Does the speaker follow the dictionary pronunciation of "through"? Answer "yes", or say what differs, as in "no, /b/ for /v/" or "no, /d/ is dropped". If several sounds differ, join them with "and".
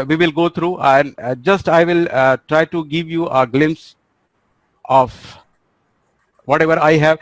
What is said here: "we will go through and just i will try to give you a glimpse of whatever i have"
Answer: no, /t/ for /θ/